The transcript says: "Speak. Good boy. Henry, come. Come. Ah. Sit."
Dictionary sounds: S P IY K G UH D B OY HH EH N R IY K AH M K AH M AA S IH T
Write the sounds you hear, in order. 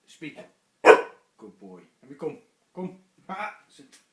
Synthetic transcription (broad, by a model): S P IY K G UH D B OY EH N IY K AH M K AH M AA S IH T